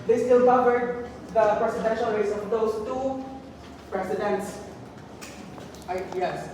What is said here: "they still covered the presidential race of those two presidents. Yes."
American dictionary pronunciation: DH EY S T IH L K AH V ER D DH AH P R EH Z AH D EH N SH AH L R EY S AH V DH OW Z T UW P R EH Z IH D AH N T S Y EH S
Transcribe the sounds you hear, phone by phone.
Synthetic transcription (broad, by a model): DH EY S T IH L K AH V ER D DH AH P R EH S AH D EH N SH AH L R EY S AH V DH OW S T UW P R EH S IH D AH N T S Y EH S